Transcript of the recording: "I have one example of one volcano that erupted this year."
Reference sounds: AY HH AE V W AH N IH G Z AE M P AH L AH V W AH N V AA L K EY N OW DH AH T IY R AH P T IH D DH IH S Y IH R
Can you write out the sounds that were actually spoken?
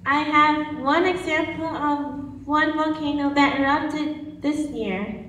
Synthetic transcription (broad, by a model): AY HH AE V W AH N IH G Z AE M P AH L AH V W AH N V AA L K EY N OW DH AH T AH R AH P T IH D DH IH S Y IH R